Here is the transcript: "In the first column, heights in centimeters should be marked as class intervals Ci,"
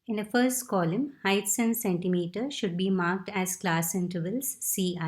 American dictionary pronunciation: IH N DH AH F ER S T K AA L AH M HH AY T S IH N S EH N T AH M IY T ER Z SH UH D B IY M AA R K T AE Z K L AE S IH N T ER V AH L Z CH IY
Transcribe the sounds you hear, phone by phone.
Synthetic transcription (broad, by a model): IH N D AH F ER S T K AA L AH M HH AY T S IH N S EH N T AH M IY T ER SH UH D B IY M AA R K T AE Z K L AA S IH N T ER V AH L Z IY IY